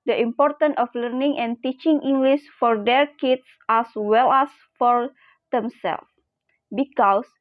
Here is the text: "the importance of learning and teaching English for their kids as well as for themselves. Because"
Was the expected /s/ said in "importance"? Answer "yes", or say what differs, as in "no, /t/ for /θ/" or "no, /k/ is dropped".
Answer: no, /s/ is dropped